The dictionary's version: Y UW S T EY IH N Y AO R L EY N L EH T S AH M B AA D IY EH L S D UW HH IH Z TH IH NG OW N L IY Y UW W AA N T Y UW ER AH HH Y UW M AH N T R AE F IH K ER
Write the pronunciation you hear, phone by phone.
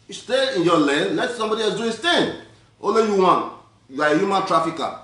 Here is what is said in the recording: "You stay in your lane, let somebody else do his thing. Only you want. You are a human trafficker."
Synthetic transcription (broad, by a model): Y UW S T EY IH N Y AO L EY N L EH T S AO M B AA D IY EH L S D UW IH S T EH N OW L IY Y UW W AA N Y UW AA AH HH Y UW M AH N T R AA F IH K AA